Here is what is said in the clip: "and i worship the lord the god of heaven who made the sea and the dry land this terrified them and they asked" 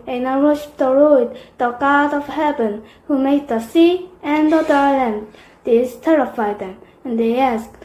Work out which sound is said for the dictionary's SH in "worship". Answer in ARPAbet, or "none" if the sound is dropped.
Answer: none